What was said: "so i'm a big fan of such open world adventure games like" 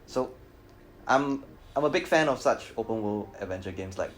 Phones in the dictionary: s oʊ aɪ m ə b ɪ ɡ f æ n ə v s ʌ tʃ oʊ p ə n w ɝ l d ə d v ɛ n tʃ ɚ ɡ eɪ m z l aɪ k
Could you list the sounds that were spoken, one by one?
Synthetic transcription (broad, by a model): s oʊ aɪ m ə b ɪ ɡ f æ n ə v s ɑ tʃ oʊ p ə n w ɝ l ə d v ɛ n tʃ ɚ ɡ eɪ m s l aɪ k